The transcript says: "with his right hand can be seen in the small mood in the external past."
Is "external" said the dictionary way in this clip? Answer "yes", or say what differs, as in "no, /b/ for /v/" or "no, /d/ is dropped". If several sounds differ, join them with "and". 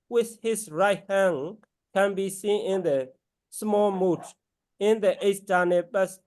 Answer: no, /k/ is dropped